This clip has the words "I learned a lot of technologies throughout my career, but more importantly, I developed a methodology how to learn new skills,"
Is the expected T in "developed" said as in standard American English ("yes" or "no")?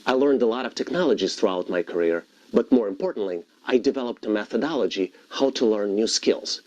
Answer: yes